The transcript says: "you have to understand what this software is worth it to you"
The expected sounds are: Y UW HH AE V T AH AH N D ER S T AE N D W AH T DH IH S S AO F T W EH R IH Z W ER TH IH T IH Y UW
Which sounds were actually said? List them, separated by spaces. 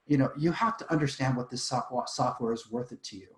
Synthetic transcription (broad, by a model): Y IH HH AE F T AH AH N D ER S T AE N D W AH T DH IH S S AO F T W EH R IH Z W ER TH IH T IH Y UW